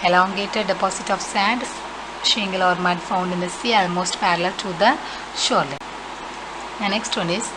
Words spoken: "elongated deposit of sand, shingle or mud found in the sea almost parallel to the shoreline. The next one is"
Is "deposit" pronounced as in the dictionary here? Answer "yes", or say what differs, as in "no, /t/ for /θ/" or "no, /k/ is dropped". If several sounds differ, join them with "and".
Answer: no, /s/ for /z/